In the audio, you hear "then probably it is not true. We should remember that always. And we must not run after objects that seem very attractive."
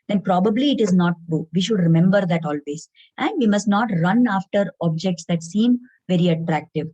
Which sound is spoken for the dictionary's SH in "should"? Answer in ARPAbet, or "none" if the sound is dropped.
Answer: SH